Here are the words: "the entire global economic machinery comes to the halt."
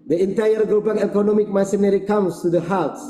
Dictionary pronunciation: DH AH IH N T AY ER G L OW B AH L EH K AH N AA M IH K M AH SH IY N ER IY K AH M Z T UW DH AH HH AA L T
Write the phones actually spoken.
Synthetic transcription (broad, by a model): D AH IH N T AY ER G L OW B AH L EH K AH N AA M IH K M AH S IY N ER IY K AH M S T UW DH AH HH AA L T